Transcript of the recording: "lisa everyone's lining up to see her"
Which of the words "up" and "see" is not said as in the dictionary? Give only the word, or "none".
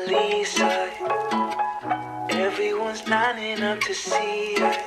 up